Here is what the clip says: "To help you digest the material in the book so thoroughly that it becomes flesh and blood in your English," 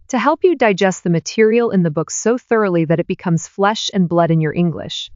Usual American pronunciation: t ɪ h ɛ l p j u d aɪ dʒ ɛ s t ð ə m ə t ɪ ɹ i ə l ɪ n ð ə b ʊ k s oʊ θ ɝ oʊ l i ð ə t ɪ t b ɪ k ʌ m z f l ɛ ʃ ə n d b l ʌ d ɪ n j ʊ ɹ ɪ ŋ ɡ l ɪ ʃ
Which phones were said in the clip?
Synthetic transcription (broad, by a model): t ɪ h ɛ l p j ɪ d aɪ dʒ ɛ s t ð ə m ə t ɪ ɹ i l ɪ n ð ə b ʊ k s oʊ θ ɝ oʊ l i ð ə t ɪ t b ɪ k ʌ m z f l ɛ ʃ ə n b l ʌ d ɪ n j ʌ ɹ ɪ ŋ ɡ l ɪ ʃ